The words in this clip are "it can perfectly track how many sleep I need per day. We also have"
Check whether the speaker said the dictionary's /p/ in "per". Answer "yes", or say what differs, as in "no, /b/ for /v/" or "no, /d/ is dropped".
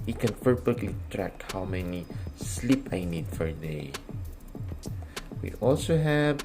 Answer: no, /f/ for /p/